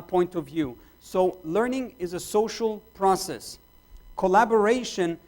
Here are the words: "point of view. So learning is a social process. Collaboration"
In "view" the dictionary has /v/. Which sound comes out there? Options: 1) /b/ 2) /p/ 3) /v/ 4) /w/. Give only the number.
3